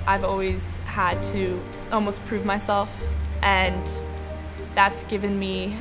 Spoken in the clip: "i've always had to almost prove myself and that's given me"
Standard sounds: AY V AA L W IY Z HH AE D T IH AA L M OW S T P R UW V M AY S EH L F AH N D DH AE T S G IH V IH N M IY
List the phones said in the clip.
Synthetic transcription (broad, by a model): AY V AA L W IY Z HH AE D T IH AA L M OW S P R UW V M AY S EH L F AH N DH AE T S G IH V IH N M IY